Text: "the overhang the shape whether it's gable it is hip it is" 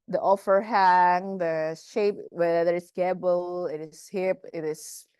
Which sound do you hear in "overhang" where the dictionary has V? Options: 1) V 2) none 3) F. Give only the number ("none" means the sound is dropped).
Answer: 3